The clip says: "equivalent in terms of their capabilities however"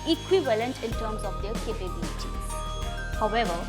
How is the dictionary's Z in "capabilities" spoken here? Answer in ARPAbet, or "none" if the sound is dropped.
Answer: none